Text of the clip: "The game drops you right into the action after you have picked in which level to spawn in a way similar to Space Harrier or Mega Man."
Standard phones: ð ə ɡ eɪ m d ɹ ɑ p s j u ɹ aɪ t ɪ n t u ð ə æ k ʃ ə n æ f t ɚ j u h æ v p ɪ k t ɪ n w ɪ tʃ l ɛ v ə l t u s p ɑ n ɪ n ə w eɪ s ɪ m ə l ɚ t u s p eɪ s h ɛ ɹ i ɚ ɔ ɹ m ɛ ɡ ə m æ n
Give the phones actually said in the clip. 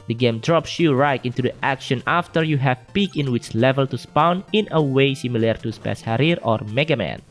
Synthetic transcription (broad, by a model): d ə ɡ eɪ m d ɹ ɑ p s j u ɹ aɪ t ɪ n t u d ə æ k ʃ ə n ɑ f t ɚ j u h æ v p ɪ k ɪ n w ɪ tʃ l ɛ v ə l t u s p ɑ n ɪ n ə w eɪ s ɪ m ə l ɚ t u s p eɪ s h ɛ ɹ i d ɔ ɹ m ɛ ɡ ə m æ n